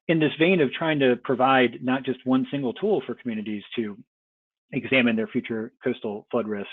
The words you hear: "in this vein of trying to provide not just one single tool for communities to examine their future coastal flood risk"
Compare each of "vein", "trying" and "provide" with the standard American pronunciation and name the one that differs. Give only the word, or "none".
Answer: none